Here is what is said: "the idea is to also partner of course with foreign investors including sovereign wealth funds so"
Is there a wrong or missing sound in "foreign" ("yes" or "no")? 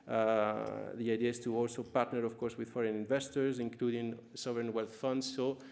no